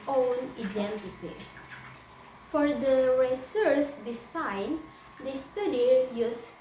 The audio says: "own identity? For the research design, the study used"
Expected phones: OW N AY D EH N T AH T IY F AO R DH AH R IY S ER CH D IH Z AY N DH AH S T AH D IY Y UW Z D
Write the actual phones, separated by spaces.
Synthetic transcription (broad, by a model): OW N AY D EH N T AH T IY F AO R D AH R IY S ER S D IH S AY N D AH S T AH D IY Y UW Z